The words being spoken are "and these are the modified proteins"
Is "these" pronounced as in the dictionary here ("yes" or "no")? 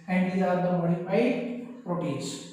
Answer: no